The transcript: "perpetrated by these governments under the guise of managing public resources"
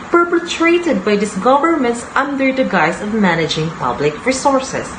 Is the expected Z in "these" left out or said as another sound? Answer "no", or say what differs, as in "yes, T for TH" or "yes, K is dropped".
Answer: yes, S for Z